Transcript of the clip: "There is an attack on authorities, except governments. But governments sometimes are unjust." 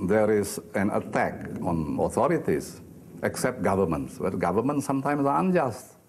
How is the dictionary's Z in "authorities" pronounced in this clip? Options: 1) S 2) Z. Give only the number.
1